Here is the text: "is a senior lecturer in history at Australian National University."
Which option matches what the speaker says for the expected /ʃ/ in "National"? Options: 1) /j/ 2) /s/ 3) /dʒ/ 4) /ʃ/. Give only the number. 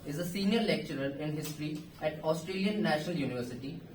4